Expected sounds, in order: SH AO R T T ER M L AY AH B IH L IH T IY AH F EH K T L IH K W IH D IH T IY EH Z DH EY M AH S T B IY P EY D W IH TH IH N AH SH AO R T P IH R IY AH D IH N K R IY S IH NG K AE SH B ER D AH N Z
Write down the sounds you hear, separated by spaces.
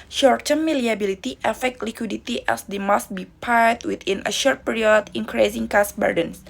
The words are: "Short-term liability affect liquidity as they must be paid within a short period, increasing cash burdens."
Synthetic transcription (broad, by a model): SH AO R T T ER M L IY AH B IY L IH T IY AH F EH K T L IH K W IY D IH T IY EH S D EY M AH S T B IY P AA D W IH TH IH N AH SH AO R T P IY R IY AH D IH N K R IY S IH NG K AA S B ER D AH N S